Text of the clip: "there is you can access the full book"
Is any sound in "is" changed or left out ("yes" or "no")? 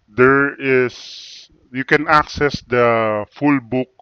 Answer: yes